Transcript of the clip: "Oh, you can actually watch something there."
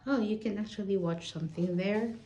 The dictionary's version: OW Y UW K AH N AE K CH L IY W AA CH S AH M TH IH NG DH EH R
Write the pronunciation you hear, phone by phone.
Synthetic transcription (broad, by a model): OW Y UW K AH N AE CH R L IY W AA CH S AH M TH IH NG DH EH R